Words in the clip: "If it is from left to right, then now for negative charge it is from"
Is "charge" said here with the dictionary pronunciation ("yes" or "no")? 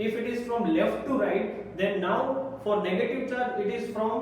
no